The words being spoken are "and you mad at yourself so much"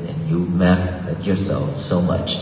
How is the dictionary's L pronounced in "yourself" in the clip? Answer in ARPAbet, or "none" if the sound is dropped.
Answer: L